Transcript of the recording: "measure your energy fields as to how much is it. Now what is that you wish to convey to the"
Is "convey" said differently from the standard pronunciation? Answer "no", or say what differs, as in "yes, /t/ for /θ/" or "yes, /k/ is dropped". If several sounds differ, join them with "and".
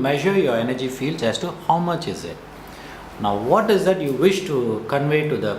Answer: no